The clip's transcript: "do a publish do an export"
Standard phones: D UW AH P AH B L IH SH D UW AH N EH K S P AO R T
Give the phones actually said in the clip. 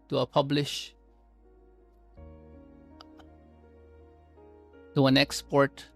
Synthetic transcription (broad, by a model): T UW AH P AH B L IH SH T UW AH N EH K S P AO R T